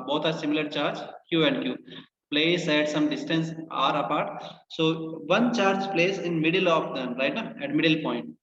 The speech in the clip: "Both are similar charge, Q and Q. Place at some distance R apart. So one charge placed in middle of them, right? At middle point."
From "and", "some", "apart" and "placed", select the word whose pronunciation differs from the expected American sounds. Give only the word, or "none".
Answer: placed